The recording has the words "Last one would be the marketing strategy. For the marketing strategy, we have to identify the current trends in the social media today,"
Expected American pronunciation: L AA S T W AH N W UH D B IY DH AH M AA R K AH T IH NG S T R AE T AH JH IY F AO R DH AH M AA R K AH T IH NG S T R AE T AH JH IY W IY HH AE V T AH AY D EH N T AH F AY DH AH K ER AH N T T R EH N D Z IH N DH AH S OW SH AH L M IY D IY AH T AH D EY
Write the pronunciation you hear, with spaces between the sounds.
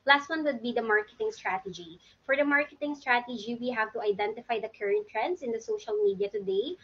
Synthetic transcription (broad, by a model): L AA S T W AH N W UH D B IY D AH M AA R K AH T IH NG S T R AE T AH JH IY F AO R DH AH M AA R K AH T IH NG S T R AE T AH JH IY W IY HH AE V T AH AY D EH N T AH F AY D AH K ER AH N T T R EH N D S IH N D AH S OW SH AH L M IY D IY AH T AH D EY